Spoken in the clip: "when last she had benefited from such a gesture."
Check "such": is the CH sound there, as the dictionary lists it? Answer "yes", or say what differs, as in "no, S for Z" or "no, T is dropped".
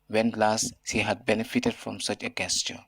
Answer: yes